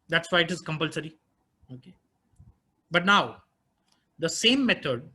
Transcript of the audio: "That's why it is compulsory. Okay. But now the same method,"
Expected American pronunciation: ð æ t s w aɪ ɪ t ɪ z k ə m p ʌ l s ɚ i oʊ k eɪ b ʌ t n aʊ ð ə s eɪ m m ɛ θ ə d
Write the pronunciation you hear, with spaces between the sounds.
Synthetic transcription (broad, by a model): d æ t s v aɪ ɪ t ɪ z k ə m p ʌ l s ɚ i oʊ k eɪ b ʌ t n aʊ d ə s eɪ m m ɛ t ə d